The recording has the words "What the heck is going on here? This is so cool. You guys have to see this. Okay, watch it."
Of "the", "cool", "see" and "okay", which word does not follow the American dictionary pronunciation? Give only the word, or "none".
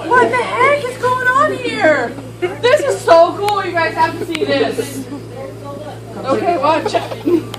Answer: none